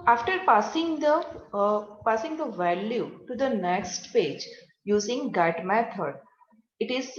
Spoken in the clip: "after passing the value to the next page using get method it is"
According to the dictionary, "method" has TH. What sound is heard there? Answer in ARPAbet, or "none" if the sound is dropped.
T